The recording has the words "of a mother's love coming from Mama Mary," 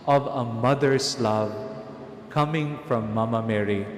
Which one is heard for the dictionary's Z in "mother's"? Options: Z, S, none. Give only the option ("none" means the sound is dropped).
S